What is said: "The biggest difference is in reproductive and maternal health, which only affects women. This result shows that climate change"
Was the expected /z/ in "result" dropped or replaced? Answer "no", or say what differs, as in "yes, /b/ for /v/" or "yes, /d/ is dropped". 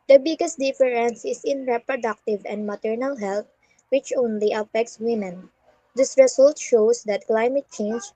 yes, /s/ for /z/